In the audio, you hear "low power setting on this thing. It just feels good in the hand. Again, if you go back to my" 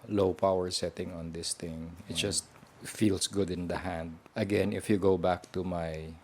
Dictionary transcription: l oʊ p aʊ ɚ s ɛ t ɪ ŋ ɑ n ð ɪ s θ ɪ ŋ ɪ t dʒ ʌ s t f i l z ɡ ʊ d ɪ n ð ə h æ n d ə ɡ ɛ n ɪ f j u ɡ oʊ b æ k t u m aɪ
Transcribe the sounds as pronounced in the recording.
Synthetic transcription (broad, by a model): l oʊ p aʊ ɚ s ɛ t ɪ ŋ ɑ n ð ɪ s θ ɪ ŋ ɪ t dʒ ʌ s t f i l s ɡ ʊ d ɪ n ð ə h æ n d ə ɡ ɛ n ɪ f j u ɡ oʊ b æ k t u m aɪ